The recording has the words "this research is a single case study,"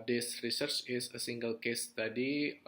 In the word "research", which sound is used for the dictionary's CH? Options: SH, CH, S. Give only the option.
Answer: CH